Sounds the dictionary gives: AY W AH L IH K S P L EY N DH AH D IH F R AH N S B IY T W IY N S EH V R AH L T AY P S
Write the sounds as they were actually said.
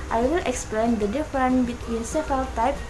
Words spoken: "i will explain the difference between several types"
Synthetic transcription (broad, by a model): AY W AH L IH K S P L EY N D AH D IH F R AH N B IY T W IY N S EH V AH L T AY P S